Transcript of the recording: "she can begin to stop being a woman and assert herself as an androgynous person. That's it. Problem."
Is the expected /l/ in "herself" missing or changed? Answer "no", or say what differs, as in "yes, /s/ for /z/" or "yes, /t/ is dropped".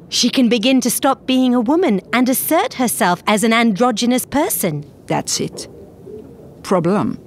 no